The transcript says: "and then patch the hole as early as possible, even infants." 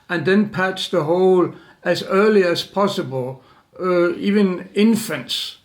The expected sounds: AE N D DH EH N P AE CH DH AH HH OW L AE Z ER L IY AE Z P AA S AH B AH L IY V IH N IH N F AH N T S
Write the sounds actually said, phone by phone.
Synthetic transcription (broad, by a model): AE N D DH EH N P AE S DH AH HH OW L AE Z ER L IY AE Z P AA S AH B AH L IY V IH N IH N F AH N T S